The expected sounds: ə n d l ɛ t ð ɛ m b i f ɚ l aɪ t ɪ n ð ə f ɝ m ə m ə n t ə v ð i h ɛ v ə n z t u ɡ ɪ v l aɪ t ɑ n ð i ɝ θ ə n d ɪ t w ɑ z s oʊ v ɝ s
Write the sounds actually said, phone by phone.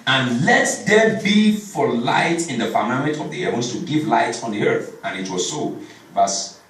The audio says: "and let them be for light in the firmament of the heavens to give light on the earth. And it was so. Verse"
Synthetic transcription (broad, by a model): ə n l ɛ t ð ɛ b i f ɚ l aɪ t ɪ n ð ə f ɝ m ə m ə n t ə v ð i h ɛ v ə n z t u ɡ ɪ v l aɪ t ɑ n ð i ɝ θ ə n ɪ t w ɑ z s oʊ v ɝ s